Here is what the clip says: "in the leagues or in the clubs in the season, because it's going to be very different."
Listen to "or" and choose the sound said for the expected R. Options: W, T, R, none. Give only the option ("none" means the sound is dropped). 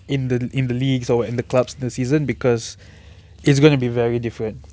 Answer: W